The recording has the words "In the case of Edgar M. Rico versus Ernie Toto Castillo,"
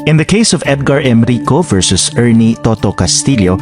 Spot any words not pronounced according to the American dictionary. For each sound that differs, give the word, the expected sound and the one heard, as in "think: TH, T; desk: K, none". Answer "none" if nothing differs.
none